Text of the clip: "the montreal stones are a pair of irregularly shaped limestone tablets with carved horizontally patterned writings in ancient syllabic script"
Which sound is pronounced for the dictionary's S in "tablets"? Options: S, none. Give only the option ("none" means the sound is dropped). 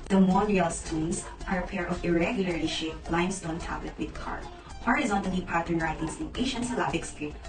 none